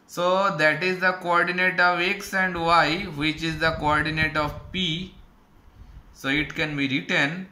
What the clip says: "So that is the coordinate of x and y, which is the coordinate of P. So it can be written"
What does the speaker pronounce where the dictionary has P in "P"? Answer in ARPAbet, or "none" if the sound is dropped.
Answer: P